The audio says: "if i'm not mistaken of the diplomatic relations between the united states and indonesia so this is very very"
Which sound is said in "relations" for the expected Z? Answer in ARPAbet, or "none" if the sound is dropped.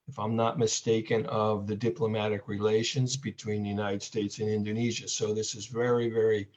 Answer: Z